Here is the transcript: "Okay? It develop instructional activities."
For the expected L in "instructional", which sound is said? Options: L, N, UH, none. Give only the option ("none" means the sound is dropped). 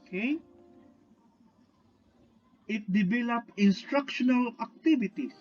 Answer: L